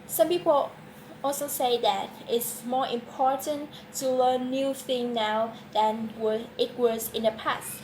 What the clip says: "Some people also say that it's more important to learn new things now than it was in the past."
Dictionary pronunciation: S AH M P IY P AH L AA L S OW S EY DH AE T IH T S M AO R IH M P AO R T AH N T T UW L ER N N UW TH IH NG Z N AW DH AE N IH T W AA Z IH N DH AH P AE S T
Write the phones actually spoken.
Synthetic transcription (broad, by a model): S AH M P IY P AH L AA L S OW S EY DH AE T IH T S M AO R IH M P AO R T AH N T T UW L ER N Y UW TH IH NG N AW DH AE N IH T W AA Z IH N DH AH P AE S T